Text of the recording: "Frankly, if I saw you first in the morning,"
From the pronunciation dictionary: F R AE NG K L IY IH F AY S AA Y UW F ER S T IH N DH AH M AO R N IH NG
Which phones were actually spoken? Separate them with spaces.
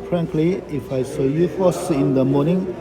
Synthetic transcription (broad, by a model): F R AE NG K L IY IH F AY S AA Y UW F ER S IH N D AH M AO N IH NG